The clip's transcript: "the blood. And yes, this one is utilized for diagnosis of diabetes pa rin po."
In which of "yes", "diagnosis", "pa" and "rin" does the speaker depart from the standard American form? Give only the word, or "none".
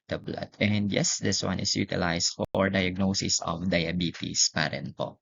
none